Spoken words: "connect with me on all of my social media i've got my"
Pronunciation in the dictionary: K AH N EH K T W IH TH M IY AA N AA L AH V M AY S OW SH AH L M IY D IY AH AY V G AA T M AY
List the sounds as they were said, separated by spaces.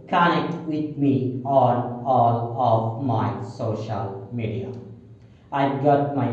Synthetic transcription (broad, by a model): K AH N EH K T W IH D M IY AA L AA L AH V M AY S OW SH AH L M IY D IY AH AY V G AA T M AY